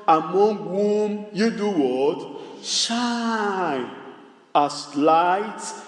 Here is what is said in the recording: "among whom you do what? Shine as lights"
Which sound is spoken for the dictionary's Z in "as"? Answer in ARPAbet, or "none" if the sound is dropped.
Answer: S